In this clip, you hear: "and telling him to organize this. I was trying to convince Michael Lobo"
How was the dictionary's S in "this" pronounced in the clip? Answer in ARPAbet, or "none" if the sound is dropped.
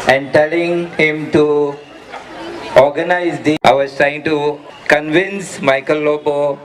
none